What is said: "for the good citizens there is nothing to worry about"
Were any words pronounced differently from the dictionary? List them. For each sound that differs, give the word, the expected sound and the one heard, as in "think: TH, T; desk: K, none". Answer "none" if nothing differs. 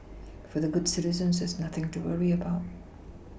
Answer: none